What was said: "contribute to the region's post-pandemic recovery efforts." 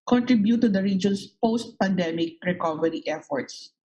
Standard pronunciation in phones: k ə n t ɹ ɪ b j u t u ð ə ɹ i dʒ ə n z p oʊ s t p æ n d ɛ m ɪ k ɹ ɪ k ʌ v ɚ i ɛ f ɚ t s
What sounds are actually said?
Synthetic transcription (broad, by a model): k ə n t ɹ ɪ b j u t u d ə ɹ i dʒ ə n s p oʊ s t p æ n d ɛ m ɪ k ɹ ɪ k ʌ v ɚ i ɛ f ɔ t s